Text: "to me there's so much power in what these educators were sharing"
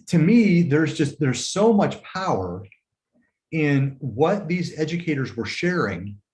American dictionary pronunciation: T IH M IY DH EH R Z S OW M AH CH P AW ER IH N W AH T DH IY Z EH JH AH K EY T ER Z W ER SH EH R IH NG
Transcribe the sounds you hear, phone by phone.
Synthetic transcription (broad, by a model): T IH M IY DH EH R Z S OW M AH CH P AW ER IH N W AH T DH IY Z EH JH AH K EY T ER Z W ER SH EH R IH NG